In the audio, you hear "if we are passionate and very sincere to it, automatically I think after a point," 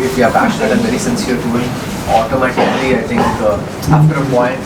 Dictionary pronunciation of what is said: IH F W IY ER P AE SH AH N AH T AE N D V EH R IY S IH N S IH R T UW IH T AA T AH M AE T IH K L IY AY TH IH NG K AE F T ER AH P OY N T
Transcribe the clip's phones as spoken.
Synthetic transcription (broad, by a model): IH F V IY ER P AE SH AH N AH T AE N V EH R IY S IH N S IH R T UW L AA T AH M AE T IH K L IY AY T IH NG K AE P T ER AH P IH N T